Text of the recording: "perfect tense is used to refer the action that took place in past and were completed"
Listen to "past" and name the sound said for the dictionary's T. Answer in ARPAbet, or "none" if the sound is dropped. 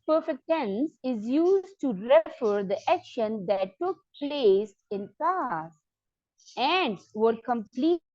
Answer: none